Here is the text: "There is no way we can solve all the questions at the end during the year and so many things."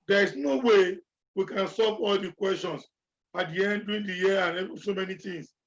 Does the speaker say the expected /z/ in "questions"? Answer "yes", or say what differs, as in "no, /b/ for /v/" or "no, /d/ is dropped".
no, /s/ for /z/